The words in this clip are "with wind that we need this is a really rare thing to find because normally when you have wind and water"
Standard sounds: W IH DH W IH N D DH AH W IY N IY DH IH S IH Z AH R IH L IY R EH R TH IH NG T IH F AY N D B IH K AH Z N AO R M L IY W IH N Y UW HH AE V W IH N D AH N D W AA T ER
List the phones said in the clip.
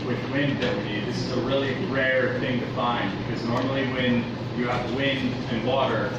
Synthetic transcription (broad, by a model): W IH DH W IH N D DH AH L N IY DH IH S IH Z AH R IH L IY R EH R TH IH NG T IH F AY N D B IH K AH Z N AO R M L IY W IH N Y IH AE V W IH N D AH N W AA T ER